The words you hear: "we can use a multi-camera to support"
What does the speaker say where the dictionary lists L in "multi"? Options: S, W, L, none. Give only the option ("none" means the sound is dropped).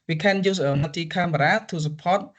none